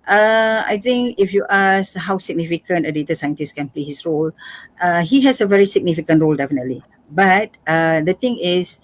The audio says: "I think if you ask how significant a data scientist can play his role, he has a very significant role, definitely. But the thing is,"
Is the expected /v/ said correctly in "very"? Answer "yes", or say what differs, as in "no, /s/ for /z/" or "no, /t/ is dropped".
yes